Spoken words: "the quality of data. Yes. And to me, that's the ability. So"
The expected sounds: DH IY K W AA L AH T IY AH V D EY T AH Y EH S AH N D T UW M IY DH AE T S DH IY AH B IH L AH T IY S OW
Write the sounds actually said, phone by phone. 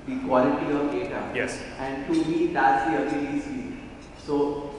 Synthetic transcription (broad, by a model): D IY K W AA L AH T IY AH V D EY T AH Y EH S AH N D T UW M IY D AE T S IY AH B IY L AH S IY S OW